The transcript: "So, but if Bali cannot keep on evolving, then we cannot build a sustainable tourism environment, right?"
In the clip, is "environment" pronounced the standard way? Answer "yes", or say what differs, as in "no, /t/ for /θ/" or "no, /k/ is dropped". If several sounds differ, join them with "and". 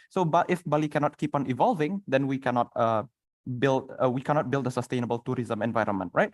yes